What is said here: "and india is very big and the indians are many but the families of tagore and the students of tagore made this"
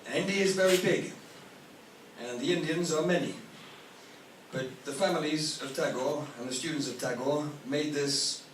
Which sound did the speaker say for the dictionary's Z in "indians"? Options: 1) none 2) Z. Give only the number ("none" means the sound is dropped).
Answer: 2